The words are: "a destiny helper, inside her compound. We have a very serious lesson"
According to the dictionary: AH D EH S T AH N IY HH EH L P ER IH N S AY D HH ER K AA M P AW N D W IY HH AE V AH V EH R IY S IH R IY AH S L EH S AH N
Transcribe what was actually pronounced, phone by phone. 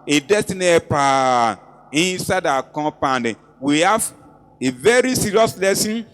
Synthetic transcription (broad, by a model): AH D EH S T AH N IY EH P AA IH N S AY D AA K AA P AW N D W IY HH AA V AH V EH R IY S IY R IY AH S L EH S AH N